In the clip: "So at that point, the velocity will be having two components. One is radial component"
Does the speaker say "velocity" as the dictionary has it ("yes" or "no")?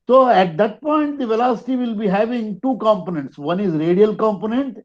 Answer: yes